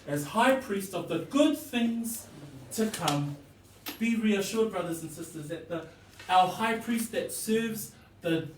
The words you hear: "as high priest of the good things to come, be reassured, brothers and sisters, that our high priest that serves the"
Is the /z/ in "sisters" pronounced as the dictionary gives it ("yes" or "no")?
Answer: yes